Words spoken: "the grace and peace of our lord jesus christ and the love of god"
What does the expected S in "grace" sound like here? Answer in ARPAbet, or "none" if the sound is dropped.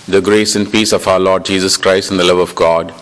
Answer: S